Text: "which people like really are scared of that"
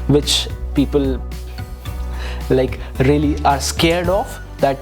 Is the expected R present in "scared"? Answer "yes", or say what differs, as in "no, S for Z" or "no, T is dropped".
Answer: yes